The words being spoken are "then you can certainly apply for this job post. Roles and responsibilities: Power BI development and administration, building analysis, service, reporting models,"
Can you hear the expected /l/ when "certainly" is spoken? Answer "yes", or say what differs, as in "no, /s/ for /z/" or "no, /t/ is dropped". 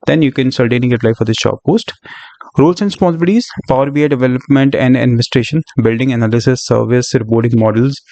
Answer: no, /l/ is dropped